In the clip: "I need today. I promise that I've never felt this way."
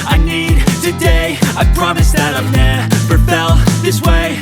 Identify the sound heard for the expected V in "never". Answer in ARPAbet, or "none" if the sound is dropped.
P